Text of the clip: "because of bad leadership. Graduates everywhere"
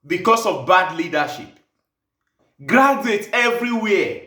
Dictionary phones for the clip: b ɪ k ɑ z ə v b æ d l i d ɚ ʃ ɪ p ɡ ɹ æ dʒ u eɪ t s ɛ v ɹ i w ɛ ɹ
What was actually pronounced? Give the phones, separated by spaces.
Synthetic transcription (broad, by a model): b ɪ k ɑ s ə v b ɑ d l i d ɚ ʃ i p ɡ ɹ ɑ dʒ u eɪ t ɛ v ɹ i w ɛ